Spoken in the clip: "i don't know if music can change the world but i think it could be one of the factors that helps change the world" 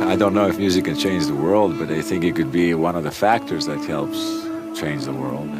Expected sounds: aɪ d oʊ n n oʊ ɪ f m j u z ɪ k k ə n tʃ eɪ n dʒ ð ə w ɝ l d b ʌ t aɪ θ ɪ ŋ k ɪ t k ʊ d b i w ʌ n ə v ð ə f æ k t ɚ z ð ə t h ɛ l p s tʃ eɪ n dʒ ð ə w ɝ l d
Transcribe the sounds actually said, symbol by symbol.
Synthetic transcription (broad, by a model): aɪ d oʊ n n oʊ ɪ f m j u z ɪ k k ə n tʃ eɪ n dʒ ð ə w ɝ l d b ʌ t aɪ θ ɪ ŋ k ɪ t k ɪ d b i w ʌ n ə v ð ə f æ k t ɚ z ð ə t h ɛ l p s tʃ eɪ n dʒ ð ə w ɝ l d